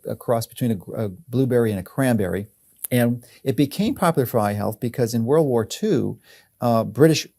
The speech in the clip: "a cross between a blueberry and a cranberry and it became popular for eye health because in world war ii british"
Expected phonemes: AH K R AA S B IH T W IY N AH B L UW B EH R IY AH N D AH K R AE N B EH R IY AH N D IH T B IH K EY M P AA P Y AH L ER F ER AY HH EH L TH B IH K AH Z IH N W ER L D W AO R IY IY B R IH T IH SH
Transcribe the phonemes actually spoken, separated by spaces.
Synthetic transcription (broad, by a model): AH K R AA S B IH T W IY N AH B L UW B EH R IY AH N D AH K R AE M B EH R IY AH N IH T B IH K EY M P AA P Y L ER F ER AY HH EH L TH B IH K AH Z IH N W ER L D W AO R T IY B R IH T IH SH